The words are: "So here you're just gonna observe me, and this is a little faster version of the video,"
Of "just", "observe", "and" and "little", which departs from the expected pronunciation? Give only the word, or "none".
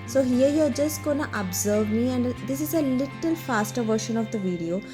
none